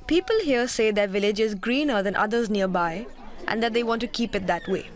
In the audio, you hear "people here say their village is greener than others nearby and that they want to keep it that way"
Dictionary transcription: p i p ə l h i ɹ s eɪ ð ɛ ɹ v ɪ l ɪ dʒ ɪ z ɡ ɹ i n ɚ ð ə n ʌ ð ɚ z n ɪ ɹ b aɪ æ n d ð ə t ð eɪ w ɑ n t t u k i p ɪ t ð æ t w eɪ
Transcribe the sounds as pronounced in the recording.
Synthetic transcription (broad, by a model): p i p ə l h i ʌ s eɪ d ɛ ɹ v ɪ l ɪ dʒ ɪ z ɡ ɹ i n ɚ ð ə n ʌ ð ɚ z n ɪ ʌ b aɪ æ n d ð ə t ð eɪ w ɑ n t t u k i p ɪ t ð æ t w eɪ